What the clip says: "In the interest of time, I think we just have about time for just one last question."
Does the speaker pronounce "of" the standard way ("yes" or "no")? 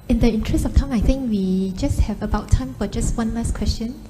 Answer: no